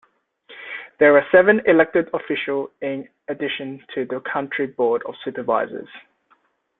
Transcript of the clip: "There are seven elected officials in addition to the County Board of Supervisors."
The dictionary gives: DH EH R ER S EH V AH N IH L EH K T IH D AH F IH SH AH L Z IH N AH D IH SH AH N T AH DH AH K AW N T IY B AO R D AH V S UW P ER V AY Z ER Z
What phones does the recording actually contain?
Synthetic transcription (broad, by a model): DH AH R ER S EH V AH N IH L EH K T IH D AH F IH SH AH L IH N AH D IH SH AH N T AH DH AH K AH N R IY B AO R D AH V S UW P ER V AY Z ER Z